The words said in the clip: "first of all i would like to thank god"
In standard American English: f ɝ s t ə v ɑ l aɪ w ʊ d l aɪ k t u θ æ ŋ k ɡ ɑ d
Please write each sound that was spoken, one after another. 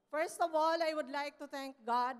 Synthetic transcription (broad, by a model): f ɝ s t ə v ɑ l aɪ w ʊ d l aɪ k t u t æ ŋ k ɡ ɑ d